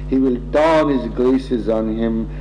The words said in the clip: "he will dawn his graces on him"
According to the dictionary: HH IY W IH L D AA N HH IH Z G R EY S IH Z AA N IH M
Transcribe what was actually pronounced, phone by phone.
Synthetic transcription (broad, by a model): HH IY W IH L D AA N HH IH Z G L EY S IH Z N IH M